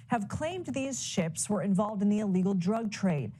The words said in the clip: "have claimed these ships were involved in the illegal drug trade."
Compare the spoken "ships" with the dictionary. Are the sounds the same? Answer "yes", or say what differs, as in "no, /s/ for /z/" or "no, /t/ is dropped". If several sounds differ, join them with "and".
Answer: yes